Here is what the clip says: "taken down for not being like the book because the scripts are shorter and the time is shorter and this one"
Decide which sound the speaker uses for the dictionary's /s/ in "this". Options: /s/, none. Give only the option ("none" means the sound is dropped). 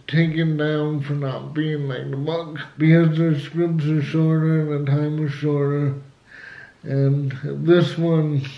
/s/